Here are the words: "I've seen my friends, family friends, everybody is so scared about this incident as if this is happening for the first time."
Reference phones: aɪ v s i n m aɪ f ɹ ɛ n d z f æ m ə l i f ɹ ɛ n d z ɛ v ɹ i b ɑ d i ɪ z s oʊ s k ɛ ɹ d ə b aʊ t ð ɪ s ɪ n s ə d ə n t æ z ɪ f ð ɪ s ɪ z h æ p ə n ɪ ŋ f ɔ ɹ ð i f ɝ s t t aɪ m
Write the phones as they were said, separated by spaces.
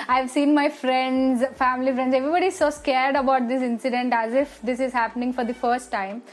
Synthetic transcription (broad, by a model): aɪ v s i n m aɪ f ɹ ɛ n d z f æ m ə l i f ɹ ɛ n d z ɛ v ɹ i b ɑ d i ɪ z s oʊ s k ɛ ɹ d ə b aʊ t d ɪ s ɪ n s ə d ə n t æ z ɪ f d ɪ s ɪ z h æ p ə n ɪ ŋ f ɔ ɹ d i f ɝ s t t aɪ m